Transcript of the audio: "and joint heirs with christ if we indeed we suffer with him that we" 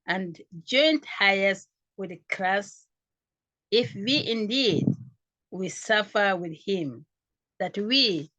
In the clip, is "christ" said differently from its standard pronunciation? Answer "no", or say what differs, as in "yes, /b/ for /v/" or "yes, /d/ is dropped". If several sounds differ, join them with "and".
yes, /l/ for /ɹ/ and /t/ is dropped